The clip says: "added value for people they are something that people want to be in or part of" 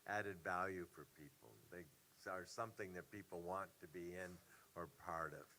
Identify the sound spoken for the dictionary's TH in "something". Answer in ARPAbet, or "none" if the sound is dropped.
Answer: TH